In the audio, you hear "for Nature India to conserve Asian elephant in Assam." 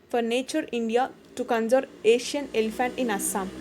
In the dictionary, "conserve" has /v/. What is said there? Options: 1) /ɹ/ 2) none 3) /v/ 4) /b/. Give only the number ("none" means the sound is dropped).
2